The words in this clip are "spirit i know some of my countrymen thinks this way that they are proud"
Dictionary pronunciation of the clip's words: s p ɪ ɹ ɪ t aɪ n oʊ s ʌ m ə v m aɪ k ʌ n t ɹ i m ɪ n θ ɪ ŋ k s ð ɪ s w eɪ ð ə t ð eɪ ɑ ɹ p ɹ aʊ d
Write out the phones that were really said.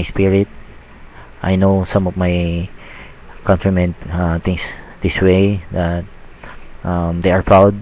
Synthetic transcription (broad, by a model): s p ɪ ɹ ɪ t aɪ n oʊ s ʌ m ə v m aɪ k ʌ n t ɹ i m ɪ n t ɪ ŋ s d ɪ s w eɪ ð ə t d eɪ ɑ ɹ p ɹ aʊ d